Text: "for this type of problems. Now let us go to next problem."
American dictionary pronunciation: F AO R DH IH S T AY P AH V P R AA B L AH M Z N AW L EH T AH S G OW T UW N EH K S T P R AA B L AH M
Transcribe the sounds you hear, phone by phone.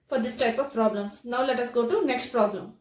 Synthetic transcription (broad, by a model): F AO R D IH S T AY P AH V P R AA B L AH M S N AW L EH T AH S G OW T UW N EH K S T P R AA B L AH M